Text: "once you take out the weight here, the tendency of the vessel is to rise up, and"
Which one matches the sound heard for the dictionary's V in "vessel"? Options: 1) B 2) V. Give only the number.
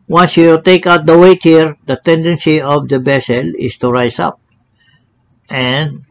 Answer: 1